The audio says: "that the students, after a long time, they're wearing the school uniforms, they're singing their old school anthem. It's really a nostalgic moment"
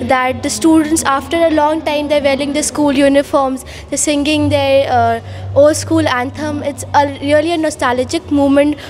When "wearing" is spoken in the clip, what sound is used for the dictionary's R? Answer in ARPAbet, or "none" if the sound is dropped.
L